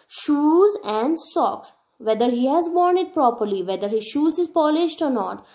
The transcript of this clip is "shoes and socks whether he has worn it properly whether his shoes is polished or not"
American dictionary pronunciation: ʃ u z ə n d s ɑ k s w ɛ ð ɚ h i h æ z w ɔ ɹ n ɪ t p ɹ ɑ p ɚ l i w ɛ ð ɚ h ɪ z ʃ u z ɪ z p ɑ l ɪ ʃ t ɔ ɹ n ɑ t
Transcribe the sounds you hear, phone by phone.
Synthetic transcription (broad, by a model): ʃ u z ə n d s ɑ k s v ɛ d ɚ h i h æ z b ɔ ɹ n ɪ t p ɹ ɑ p ɚ l i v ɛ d ɚ h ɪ ʃ u z ɪ z p ɑ l ɪ ʃ t ɔ ɹ n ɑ t